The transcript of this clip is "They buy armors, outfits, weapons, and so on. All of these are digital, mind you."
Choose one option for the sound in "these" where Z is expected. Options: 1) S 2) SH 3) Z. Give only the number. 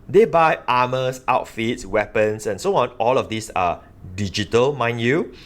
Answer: 1